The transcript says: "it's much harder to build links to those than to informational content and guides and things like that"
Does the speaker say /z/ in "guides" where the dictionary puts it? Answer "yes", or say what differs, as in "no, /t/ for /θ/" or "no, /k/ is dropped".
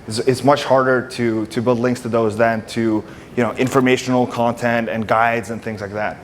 yes